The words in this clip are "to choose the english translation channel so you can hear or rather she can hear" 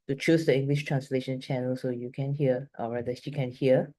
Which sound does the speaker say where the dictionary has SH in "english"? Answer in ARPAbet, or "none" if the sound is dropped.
SH